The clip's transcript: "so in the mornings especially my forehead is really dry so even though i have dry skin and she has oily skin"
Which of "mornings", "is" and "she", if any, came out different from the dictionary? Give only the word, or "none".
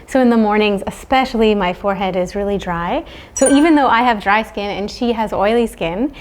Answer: none